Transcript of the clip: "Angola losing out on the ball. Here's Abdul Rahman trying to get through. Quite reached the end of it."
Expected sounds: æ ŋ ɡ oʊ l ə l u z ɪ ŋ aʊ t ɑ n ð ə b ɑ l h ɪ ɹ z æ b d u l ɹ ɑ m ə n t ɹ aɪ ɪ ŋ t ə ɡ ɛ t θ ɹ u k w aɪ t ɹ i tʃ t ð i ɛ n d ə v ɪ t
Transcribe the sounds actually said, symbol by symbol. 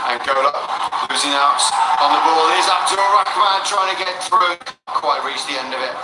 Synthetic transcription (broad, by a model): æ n ɡ oʊ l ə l u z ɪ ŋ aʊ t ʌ n ð ə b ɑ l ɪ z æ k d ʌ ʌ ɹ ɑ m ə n t ɹ aɪ ɪ ŋ t ə ɡ ɛ t θ ɹ u k w aɪ t ɹ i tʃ ð i ɛ n d ə v ɪ t